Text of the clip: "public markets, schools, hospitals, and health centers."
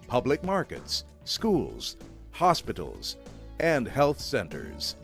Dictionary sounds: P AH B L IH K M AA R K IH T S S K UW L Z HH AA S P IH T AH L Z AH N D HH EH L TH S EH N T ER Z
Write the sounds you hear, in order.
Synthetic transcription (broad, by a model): P AH B L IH K M AA R K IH T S S K UW L Z HH AA S P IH T L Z AH N D HH EH L TH S EH N T ER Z